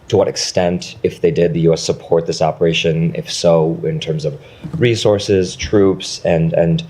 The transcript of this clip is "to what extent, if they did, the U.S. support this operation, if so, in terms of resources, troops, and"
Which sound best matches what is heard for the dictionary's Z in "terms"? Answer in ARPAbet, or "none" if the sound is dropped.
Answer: Z